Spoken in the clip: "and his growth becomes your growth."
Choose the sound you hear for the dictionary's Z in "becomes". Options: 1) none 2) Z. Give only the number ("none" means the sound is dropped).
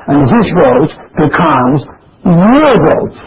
2